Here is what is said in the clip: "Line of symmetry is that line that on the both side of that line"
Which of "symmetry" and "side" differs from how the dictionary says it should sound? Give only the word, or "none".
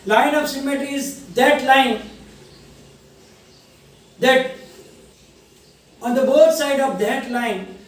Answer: symmetry